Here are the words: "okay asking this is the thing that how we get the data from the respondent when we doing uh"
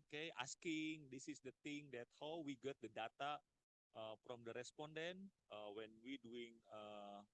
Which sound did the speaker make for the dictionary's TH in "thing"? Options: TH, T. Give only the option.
T